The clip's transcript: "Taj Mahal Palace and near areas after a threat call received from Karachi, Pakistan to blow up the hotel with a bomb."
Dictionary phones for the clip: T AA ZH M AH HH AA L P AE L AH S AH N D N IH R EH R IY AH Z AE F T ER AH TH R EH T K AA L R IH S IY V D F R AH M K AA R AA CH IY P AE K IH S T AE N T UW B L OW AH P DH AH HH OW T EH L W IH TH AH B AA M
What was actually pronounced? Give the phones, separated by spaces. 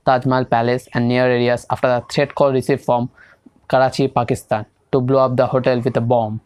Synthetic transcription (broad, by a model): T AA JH M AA L P AE L AH S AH N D N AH R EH R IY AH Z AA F T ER AH T R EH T K AA L R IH S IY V F R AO M K AA R AA CH IY P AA K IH S T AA N T UW B L OW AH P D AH HH OW T EH L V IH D AH B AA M